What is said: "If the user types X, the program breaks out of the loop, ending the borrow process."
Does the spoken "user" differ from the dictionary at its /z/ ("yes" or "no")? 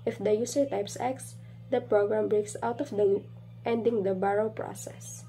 yes